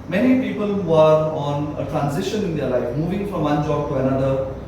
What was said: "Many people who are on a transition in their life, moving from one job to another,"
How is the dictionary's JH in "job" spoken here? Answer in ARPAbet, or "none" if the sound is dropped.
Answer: JH